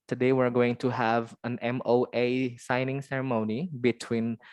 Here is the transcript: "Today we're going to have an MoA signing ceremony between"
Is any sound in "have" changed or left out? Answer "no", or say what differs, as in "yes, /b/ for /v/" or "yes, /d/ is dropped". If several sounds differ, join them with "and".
no